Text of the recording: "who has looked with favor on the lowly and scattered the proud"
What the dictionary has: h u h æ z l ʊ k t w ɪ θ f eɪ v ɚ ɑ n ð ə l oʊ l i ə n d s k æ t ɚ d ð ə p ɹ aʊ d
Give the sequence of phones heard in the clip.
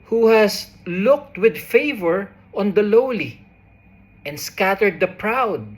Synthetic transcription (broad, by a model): h u h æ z l ʊ k t w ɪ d f eɪ v ɚ ɑ n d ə l oʊ l i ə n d s k æ t ɚ d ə p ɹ aʊ d